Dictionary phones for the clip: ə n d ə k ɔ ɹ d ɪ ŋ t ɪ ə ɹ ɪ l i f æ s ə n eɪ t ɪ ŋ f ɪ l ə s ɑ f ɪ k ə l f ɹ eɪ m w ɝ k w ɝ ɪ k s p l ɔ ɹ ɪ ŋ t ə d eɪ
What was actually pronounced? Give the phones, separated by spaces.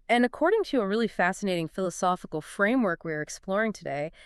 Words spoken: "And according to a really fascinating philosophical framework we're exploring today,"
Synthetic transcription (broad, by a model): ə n ə k ɔ ɹ d ɪ ŋ t ɪ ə ɹ ɪ l i f æ s ə n eɪ t ɪ ŋ f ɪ l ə s ɑ f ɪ k l f ɹ eɪ m w ɝ k w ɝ ɪ k s p l ɔ ɹ ɪ ŋ t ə d eɪ